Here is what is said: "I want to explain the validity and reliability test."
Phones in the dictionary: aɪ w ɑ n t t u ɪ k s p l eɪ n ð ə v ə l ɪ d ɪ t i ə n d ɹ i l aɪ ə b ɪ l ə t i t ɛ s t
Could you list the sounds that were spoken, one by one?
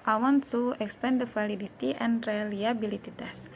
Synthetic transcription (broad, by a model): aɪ w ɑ n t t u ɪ k s p eɪ n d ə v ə l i d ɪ t i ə n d ɹ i l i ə b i l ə t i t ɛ s